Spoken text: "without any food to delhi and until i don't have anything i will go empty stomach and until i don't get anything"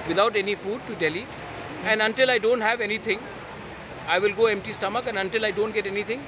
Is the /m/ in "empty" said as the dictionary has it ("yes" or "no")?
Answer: yes